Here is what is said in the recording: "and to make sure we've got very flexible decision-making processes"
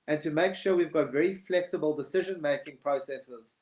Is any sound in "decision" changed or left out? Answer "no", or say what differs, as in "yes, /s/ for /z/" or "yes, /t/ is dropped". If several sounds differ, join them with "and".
no